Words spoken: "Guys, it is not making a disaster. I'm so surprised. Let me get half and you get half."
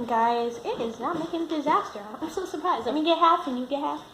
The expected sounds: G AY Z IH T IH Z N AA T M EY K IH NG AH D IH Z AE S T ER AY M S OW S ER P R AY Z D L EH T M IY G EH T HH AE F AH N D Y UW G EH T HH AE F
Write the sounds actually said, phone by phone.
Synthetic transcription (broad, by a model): G AY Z IH T IH Z N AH T M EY K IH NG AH D IH Z AE S T ER AY M S OW S ER P R AY Z D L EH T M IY G EH T HH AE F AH N Y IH G EH T HH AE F